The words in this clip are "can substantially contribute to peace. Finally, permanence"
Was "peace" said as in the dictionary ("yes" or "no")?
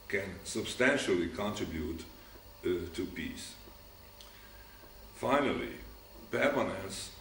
yes